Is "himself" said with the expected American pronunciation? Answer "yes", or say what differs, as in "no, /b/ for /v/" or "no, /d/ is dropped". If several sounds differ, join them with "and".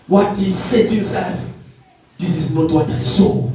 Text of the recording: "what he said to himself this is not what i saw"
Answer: no, /m/ is dropped